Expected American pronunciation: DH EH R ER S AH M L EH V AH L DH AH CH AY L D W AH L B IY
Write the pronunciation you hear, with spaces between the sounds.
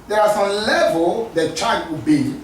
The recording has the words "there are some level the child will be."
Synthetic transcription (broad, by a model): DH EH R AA S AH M L EH V AH L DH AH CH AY D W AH B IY